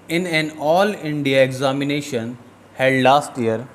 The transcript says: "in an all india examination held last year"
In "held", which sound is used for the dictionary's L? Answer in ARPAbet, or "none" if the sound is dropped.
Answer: none